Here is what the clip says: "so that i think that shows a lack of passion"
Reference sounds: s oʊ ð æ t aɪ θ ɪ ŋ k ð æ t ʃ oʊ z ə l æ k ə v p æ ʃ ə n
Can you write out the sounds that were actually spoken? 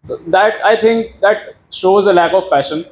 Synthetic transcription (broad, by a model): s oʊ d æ t aɪ t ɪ ŋ k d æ t ʃ oʊ z ə l æ k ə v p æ ʃ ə n